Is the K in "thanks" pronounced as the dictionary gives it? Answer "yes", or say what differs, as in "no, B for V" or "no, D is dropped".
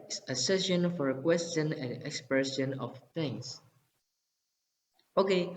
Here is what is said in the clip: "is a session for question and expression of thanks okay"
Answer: no, K is dropped